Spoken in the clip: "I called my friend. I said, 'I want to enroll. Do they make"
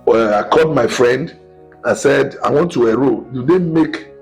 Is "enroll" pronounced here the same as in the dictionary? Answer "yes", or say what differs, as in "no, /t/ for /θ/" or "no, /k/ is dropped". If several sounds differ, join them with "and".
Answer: no, /n/ is dropped